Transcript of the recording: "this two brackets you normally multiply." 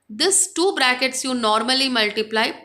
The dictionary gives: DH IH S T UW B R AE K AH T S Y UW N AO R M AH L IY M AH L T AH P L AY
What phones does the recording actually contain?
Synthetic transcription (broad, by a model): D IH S T UW B R AE K AH T S Y UW N AO R M AH L IY M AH L T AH P L AY